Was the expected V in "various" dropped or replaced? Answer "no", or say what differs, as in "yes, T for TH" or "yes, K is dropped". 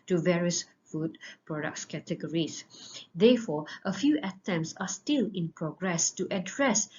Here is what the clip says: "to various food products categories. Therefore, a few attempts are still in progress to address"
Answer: no